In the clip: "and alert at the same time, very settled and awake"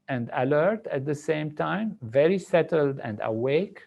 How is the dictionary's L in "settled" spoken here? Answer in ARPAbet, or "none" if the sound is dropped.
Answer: L